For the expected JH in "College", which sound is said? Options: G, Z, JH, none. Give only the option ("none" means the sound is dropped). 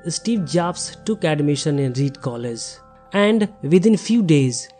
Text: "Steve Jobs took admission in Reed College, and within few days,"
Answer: Z